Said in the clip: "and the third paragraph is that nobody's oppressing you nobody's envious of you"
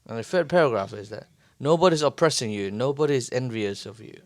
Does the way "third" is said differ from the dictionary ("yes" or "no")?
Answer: yes